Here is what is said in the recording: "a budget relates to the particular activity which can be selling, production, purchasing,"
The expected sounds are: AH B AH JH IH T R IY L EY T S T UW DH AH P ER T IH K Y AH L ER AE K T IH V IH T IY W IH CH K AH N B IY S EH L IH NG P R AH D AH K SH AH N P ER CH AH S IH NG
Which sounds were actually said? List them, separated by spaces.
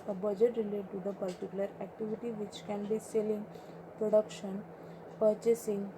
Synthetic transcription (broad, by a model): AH B AH JH IH T R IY L EY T T UW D AH P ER T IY K Y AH L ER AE K T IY V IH T IY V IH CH K AH N B IY S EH L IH NG P R AH D AH K SH AH N P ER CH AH S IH NG